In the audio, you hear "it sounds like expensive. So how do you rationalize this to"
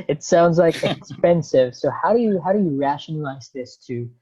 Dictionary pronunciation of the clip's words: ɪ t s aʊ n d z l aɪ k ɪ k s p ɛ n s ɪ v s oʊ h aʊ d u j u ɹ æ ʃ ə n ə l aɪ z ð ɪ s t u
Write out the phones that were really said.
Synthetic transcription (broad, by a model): ɪ t s aʊ n d z l aɪ k ɪ k s p ɛ n s ɪ v s oʊ h aʊ d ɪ j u ɹ æ ʃ ə n ə l aɪ z ð ɪ s t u